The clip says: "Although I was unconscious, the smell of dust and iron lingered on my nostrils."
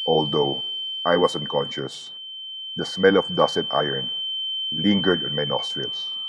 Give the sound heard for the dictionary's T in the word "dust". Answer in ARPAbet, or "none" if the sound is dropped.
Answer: none